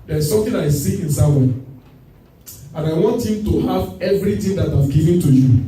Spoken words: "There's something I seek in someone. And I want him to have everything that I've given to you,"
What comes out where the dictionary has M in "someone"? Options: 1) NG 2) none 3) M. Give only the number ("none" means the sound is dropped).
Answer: 2